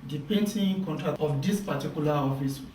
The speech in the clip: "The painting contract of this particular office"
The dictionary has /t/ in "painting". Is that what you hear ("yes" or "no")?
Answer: no